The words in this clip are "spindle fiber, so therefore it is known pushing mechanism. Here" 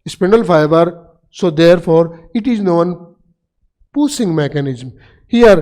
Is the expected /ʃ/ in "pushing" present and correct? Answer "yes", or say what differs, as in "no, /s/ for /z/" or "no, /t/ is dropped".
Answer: no, /s/ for /ʃ/